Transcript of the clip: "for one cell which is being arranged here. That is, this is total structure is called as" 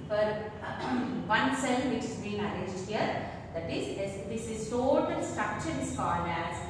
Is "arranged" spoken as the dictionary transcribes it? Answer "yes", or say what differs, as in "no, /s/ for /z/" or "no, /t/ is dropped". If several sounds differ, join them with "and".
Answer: no, /n/ is dropped